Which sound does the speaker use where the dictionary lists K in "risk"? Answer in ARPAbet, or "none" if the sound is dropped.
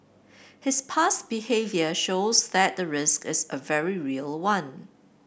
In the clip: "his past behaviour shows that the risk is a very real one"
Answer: K